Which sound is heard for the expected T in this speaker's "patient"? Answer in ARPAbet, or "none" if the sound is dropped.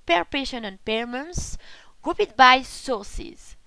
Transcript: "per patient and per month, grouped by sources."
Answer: none